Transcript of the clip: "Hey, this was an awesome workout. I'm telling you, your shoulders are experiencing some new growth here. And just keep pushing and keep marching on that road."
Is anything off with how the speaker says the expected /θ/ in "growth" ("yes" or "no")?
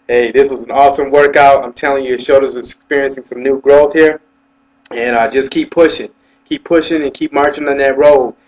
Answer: no